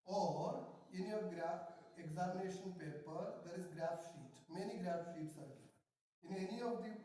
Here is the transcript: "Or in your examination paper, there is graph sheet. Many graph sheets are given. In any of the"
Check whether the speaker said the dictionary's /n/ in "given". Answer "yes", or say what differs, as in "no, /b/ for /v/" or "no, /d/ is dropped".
no, /n/ is dropped